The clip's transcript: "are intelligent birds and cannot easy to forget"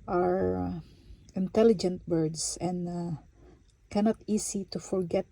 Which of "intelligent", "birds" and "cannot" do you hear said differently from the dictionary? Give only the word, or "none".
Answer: birds